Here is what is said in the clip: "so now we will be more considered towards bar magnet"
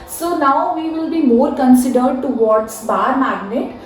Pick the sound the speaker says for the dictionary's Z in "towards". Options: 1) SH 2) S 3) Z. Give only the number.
2